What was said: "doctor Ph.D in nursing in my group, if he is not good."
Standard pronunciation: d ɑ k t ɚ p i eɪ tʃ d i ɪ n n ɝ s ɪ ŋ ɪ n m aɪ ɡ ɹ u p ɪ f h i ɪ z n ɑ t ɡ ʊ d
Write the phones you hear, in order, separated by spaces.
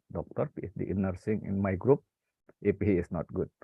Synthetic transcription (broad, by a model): d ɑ k t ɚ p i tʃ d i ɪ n n ɝ s ɪ ŋ ɪ n m aɪ ɡ ɹ u p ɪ p h i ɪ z n ɑ t ɡ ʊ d